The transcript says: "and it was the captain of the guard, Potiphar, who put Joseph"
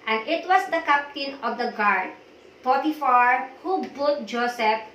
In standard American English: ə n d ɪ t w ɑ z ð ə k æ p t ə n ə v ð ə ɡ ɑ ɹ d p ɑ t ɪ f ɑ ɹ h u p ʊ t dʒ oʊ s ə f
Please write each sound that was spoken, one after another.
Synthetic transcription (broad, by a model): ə n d ɪ t w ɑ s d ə k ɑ p t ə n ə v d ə ɡ ɑ ɹ d p ɑ t ɪ f ɑ ɹ h u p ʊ t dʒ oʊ s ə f